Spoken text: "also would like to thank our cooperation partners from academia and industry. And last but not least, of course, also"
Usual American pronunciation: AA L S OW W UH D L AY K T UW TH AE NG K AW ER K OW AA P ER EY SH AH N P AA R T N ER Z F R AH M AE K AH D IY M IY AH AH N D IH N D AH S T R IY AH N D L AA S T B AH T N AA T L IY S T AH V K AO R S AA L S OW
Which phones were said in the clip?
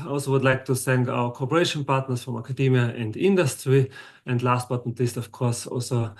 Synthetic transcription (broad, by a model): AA L S OW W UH D L AY K T UW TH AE NG K AW ER K OW AA P ER EY SH AH N P AA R T N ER S F R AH M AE K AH D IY M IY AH AH N D IH N D AH S T R IY AH N D L AA S T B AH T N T L IY S T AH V K AO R S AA L S OW